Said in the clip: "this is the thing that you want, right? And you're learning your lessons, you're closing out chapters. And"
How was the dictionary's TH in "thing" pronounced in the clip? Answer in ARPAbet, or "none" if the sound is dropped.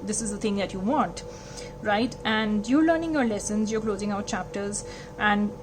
T